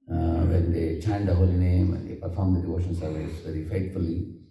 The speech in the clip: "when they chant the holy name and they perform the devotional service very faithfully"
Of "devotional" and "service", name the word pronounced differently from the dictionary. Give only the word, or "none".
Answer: devotional